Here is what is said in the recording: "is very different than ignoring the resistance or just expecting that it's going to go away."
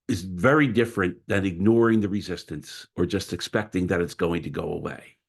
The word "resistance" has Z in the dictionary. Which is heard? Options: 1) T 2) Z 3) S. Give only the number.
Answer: 2